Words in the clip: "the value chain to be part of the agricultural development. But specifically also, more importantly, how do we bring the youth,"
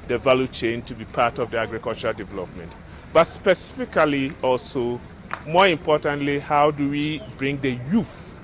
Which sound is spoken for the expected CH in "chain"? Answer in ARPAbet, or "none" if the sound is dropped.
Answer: CH